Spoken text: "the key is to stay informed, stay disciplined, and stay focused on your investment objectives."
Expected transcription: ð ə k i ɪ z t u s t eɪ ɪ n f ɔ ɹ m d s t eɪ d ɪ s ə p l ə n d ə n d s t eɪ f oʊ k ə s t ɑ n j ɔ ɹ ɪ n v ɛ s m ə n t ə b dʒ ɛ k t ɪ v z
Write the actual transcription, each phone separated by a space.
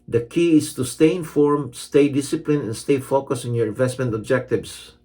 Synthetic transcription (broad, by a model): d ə k i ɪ s t u s t eɪ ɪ n f ɔ ɹ m s t eɪ d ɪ s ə p l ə n ə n s t eɪ f oʊ k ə s ɑ n j ɔ ɹ ɪ n v ɛ s m ə n t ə b dʒ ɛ k t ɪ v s